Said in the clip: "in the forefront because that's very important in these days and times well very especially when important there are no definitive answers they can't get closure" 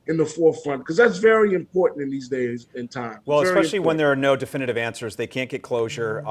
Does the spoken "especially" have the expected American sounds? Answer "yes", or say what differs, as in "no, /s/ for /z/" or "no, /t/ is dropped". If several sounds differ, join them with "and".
no, /p/ is dropped and /ʃ/ is dropped